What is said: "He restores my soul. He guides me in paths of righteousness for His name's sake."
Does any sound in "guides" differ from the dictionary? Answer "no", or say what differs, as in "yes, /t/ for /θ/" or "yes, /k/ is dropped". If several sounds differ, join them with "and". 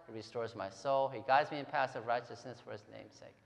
no